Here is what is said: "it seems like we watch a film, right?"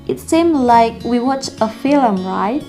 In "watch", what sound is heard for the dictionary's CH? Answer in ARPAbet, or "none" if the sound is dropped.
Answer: CH